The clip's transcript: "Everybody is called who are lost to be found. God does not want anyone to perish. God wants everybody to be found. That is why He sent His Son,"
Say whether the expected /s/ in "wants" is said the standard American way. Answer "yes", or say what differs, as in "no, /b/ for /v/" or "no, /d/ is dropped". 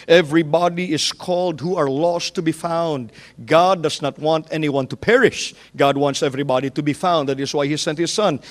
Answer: yes